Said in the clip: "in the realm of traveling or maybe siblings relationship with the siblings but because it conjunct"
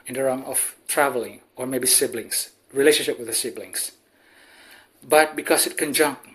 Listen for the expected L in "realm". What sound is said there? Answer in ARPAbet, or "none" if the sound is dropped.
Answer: none